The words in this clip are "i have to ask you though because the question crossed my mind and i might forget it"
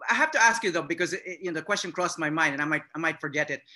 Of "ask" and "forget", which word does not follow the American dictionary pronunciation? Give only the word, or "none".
none